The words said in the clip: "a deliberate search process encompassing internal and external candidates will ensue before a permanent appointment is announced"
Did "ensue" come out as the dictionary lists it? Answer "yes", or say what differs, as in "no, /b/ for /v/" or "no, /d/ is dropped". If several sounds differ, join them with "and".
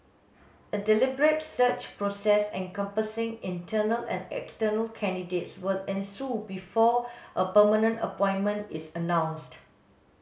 yes